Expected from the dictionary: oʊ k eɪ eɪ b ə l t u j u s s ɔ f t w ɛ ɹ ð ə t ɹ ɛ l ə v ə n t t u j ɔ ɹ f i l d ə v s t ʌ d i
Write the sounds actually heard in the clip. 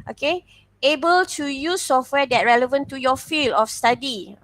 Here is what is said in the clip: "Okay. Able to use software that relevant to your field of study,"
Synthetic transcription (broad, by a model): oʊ k eɪ eɪ b ə l t u j u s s ɔ f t w ɛ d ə t ɹ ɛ l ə v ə n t t u j ɔ f i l ə f s t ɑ d i